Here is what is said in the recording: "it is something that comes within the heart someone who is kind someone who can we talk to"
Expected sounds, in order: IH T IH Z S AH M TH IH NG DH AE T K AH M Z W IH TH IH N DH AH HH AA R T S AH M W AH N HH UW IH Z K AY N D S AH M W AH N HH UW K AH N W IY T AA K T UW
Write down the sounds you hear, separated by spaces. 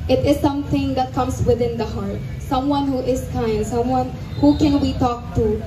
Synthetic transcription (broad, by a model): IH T IH Z S AH M T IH NG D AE T K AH M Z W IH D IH N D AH HH AA R T S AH M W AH N HH UW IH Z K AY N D S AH M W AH N HH UW K AH N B IY T AA K T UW